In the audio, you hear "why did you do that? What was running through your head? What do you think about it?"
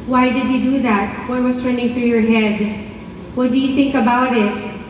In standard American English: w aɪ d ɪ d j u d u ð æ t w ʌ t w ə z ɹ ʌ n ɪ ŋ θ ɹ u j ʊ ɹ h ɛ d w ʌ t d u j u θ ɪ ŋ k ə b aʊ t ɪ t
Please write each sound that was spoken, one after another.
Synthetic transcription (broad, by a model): w aɪ d ɪ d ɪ d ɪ ð æ t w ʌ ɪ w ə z ɹ ʌ n ɪ ŋ θ ɹ u j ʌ ɹ h ɛ d w ʌ t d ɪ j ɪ θ ɪ ŋ k ə b aʊ t ɪ t